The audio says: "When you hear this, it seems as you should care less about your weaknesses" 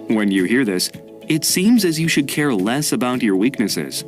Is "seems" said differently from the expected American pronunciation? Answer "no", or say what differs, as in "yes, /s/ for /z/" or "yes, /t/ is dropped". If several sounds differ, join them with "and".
no